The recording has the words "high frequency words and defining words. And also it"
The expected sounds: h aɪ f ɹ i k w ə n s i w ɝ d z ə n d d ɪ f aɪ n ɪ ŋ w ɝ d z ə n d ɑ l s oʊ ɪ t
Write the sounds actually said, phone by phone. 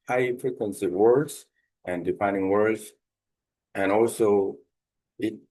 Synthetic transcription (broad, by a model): h aɪ p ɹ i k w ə n s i w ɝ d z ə n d d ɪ p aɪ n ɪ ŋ w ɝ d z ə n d ɑ l s oʊ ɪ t